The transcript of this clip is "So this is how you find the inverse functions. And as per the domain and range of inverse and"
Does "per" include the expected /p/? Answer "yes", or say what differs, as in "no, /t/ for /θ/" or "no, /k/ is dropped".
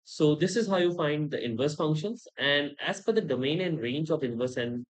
no, /f/ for /p/